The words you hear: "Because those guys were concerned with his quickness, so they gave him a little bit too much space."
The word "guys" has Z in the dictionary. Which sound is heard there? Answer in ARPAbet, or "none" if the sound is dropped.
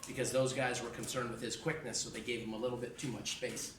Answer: Z